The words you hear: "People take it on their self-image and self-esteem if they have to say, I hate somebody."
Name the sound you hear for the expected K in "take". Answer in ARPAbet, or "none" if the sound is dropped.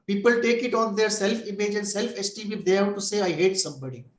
K